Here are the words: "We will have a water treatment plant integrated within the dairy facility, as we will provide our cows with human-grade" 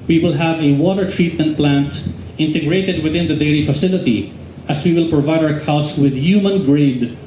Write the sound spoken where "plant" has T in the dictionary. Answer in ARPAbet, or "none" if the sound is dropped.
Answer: T